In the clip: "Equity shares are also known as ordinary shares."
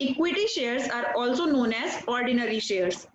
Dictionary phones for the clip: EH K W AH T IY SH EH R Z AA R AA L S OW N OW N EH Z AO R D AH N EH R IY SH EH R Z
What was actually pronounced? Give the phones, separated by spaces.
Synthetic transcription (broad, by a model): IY K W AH T IY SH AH R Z AA R AA L S OW N OW N EH Z AO R D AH N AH R IY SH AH R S